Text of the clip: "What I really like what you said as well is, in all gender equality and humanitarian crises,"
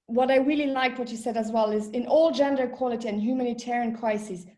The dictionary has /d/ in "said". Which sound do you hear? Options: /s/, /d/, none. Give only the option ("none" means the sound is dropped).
/d/